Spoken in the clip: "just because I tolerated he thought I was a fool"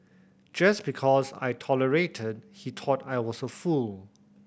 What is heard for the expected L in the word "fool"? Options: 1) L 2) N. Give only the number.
1